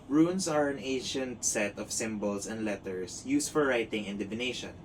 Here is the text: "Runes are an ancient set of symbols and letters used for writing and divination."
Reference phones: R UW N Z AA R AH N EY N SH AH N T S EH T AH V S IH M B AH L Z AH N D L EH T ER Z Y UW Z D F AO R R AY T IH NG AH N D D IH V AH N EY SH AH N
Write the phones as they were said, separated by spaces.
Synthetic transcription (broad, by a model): R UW N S AA R AH N EY N SH AH N T S EH T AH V S IH M B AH L S AH N D L EH T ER S Y UW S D F AO R R AY T IH NG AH N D D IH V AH N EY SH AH N